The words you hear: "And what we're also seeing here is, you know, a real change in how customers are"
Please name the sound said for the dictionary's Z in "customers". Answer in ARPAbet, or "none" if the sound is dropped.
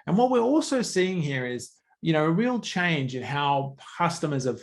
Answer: Z